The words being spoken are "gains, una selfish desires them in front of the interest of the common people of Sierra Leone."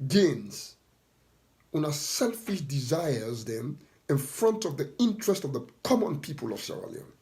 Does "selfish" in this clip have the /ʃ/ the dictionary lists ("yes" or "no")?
yes